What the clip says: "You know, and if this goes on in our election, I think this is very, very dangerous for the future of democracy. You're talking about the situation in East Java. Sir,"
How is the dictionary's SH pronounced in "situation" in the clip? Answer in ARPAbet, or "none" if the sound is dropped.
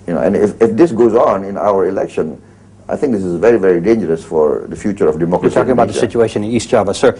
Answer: none